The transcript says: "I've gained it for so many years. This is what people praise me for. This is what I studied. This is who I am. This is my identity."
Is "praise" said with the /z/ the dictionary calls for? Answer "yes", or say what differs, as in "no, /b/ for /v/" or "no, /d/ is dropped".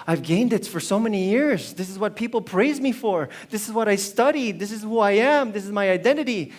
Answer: yes